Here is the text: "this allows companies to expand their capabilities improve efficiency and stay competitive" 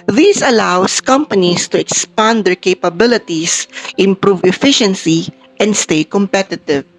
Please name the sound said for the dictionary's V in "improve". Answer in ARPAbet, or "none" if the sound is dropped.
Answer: V